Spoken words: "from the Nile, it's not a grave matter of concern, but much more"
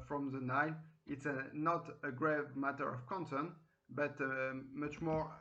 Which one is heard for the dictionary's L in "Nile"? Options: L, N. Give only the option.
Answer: N